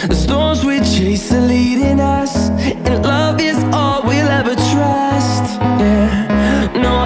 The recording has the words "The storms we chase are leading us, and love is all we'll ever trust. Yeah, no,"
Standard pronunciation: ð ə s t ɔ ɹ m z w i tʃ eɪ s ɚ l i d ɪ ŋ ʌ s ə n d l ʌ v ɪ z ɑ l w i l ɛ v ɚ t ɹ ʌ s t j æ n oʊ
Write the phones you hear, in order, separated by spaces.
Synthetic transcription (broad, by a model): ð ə s t ɔ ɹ z w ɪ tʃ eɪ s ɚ l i d ɪ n ʌ s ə n l ʌ v ɪ z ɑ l w i l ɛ v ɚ t ɹ ʌ s t j æ n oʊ